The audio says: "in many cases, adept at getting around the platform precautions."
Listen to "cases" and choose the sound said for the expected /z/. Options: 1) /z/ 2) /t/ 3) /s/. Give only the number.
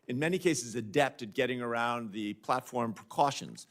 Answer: 1